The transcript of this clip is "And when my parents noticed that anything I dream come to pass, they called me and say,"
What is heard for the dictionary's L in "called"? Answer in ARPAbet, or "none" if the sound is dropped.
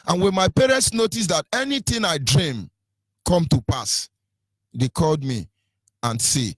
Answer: L